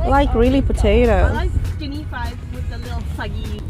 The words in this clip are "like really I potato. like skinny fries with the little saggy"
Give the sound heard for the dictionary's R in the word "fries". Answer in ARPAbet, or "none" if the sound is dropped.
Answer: none